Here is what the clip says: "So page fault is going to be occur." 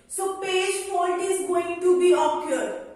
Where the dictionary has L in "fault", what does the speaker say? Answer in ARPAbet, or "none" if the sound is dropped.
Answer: N